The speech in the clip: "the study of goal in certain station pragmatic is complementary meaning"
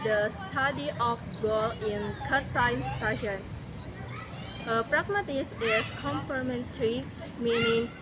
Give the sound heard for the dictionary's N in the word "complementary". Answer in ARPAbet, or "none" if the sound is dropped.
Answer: N